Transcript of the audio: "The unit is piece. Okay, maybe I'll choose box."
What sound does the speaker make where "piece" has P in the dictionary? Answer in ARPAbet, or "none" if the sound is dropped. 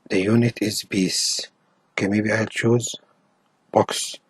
B